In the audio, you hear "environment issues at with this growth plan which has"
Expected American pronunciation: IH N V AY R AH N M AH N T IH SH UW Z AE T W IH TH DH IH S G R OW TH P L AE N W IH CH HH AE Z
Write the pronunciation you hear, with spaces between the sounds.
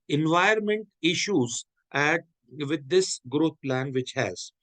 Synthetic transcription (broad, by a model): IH N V AY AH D M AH N T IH SH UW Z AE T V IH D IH S G R OW T P L AE N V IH CH HH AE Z